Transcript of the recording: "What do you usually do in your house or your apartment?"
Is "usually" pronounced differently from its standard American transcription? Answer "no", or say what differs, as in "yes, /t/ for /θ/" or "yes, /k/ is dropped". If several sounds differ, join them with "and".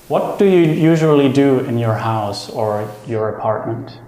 no